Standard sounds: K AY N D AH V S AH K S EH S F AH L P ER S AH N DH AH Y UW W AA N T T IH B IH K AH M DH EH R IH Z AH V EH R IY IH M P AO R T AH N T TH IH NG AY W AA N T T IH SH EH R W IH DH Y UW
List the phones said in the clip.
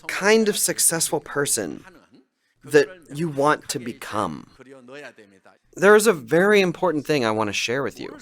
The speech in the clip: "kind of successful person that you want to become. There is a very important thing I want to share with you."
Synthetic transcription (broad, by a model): K AY N D AH V S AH K S EH S F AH L P ER S AH N DH AH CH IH W AA N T T IH B IH K AH M DH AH R IH Z AH V EH R IY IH M P AO R T N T TH IH NG AY W AA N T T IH SH EH R W IH DH Y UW